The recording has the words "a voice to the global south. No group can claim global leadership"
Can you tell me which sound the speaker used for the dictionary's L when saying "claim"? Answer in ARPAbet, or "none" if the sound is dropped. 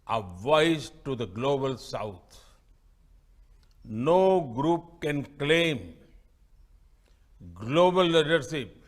L